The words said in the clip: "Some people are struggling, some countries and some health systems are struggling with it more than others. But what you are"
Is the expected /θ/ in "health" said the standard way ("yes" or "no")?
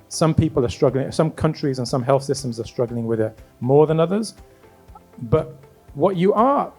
yes